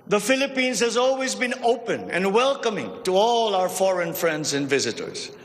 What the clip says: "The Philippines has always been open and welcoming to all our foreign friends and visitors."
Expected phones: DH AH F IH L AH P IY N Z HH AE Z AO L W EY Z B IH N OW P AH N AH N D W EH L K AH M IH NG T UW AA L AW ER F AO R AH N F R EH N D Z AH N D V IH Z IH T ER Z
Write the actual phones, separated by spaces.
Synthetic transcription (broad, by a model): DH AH F IH L AH P IY N Z HH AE Z AO L W EY Z B IH N OW P AH N AH N D W EH L K AH M IH NG T UW AA L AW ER F AO R AH N F R EH N D Z AH N D V IH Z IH T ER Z